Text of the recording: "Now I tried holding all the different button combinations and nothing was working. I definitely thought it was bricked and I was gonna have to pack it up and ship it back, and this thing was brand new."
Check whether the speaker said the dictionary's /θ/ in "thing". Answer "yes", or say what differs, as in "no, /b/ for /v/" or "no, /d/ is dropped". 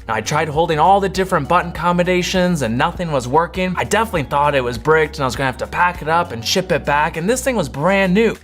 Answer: yes